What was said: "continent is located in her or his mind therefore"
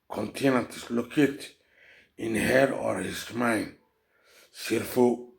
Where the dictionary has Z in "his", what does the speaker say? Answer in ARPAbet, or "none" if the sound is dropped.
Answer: S